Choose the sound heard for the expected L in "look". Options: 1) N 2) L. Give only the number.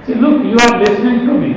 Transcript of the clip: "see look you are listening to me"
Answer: 2